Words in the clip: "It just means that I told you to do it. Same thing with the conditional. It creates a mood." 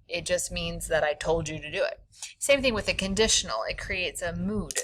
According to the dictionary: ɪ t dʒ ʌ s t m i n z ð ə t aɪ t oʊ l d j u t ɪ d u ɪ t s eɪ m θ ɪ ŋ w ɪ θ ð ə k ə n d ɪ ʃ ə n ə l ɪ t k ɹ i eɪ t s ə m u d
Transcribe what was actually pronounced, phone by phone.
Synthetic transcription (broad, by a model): ɪ t dʒ ʌ s t m i n z ð ə t aɪ t oʊ l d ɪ t ɪ d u ɪ t s eɪ m θ ɪ ŋ w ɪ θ ð ə k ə n d ɪ ʃ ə n l ɪ t k ɹ i eɪ t s ə m u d